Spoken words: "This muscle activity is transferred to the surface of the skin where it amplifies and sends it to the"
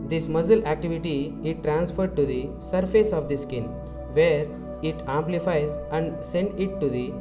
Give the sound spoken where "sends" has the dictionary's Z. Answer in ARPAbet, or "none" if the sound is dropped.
none